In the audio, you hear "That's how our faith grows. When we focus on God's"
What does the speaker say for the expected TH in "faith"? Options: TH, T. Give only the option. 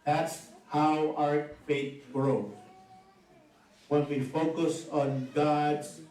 T